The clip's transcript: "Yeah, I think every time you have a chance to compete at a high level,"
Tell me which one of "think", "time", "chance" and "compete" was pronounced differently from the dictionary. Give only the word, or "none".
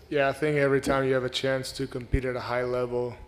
none